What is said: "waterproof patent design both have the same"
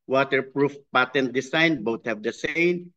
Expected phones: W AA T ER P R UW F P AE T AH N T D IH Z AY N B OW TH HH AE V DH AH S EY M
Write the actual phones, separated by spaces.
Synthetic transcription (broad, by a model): W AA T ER P R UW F P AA T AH N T D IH S AY N B OW T HH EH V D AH S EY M